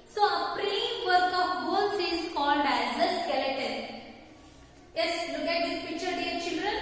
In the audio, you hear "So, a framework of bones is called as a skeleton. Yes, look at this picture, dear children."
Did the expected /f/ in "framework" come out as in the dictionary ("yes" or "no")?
no